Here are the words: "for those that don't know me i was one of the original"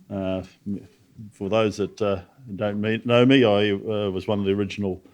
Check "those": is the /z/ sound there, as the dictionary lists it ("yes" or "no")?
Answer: yes